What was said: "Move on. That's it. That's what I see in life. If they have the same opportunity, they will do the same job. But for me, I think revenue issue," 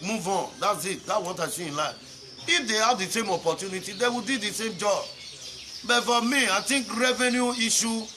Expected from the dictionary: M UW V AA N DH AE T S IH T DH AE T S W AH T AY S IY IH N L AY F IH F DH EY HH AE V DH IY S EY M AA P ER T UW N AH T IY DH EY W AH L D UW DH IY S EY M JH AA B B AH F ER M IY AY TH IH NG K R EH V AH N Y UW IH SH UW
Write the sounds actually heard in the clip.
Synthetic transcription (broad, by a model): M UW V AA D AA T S IH T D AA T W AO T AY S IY IH N L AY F IH F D EY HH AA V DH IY S EY M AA P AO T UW N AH T IY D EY W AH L D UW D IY S EY M JH AA B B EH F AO M IY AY T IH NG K R EH V AH N Y UW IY SH UW